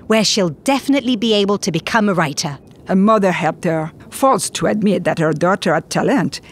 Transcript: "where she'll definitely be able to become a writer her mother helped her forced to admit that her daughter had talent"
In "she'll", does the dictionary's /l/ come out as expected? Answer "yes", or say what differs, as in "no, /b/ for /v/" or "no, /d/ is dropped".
yes